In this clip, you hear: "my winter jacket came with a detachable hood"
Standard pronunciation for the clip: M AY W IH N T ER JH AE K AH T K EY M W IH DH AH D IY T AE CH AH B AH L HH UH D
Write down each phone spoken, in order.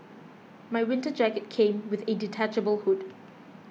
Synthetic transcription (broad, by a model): M AY W IH N T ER JH AE K AH T K EY M W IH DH AH D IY T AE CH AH B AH L HH UH D